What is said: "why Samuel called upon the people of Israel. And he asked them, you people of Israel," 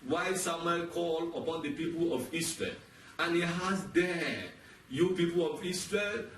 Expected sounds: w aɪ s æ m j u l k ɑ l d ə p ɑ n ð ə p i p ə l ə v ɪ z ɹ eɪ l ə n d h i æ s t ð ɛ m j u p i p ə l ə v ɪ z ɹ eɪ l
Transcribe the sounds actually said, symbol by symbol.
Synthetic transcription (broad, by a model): w aɪ s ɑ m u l k ɑ l ə p ɑ n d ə p i p ə l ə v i s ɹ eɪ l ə n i h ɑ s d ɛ j u p i p ə l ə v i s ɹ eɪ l